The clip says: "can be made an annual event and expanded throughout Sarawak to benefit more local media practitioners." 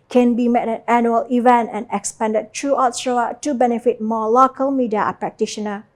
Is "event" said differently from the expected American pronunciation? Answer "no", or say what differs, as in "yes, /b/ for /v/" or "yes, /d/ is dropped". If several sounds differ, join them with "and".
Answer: no